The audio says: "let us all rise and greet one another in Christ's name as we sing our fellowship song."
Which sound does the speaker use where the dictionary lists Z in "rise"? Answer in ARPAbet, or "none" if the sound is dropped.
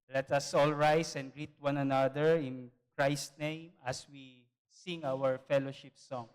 S